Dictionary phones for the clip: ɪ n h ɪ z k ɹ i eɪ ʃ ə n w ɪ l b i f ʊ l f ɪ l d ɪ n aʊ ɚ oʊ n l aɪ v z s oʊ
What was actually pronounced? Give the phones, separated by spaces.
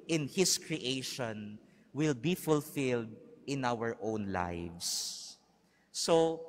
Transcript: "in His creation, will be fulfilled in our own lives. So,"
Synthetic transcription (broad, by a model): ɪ n h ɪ s k ɹ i eɪ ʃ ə n w ɪ l b i f ʊ l f ɪ l d ɪ n aʊ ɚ oʊ n l aɪ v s s oʊ